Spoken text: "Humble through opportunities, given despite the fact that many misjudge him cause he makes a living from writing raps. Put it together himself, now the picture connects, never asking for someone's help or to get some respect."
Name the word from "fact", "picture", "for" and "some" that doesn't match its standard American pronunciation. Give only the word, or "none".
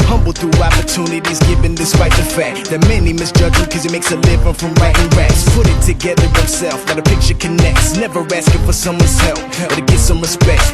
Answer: none